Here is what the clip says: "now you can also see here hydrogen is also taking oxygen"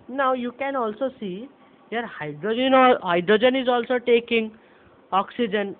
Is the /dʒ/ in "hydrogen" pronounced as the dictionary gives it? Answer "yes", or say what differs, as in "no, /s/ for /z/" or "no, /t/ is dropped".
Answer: yes